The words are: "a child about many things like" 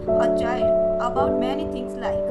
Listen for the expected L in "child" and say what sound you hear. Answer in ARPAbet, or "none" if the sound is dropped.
none